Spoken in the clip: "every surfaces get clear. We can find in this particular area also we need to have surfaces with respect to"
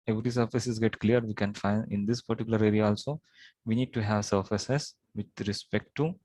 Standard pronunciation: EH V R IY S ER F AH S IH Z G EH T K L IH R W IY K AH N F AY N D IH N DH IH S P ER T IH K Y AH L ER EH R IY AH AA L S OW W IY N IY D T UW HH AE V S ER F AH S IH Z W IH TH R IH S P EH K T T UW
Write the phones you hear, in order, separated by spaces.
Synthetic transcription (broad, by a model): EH V R IY S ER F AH S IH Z G EH T K L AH R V IY K AH N F AY N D IH N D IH S P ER T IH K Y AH L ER EH R IY AH AA L S OW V IY N IY D T UW HH AE V S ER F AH S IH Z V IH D R IH S P EH K T T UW